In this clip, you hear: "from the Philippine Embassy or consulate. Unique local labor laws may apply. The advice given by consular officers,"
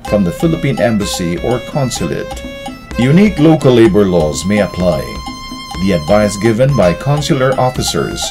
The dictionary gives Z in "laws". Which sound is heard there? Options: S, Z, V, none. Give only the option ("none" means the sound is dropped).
Z